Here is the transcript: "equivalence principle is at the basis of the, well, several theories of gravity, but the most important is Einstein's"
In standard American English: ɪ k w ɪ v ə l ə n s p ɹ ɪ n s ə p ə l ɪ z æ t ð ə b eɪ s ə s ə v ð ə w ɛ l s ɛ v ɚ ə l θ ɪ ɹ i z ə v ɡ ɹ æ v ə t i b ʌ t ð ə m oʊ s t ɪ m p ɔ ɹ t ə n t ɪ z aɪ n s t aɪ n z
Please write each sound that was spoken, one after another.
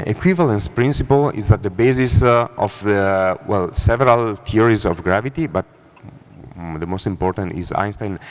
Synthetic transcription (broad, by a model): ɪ k w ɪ v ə l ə n s p ɹ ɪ n s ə p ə l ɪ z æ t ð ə b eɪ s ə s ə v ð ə w ɛ l s ɛ v ɚ ə l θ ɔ ɹ i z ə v ɡ ɹ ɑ v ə t i b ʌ t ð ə m oʊ s t ɪ m p ɔ ɹ t ə n t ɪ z aɪ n s t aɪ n